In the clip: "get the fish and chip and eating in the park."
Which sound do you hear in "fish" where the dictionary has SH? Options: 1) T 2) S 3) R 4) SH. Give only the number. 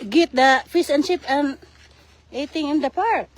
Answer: 2